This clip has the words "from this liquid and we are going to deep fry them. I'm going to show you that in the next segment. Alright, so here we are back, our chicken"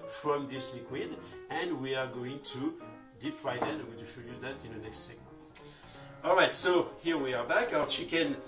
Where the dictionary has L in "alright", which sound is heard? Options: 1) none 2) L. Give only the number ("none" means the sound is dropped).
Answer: 2